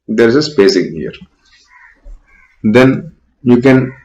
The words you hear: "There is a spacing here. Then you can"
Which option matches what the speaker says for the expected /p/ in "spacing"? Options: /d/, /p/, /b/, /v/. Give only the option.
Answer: /b/